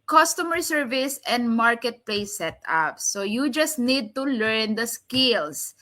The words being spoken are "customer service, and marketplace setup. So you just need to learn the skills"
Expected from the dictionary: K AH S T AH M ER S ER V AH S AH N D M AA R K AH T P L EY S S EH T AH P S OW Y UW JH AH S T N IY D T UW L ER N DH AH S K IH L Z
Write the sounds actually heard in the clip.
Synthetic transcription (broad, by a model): K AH S T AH M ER S ER V AH S AH N D M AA R K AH T P L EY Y S EH T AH P S OW Y UW JH AH S T N IY D T UW L ER N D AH S K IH L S